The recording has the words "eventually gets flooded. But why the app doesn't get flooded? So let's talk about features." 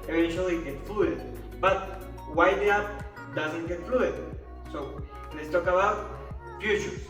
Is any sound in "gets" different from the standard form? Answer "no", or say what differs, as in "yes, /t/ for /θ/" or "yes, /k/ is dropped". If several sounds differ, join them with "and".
yes, /s/ is dropped